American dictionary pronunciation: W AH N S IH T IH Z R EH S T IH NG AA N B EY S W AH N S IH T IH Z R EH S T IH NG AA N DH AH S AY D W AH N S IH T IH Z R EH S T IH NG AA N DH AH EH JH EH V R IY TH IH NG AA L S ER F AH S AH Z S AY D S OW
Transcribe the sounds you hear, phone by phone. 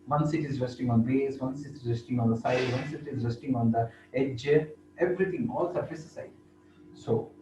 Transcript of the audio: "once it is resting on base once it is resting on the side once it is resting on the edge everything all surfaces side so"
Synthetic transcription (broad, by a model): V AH N S IH T IH Z R EH S T IH NG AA N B EY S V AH N S IH T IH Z R EH S T IH NG AA N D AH S AY D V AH N S IH T IH Z R EH S T IH NG AA N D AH EH JH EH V R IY T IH NG AA L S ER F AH S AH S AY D S OW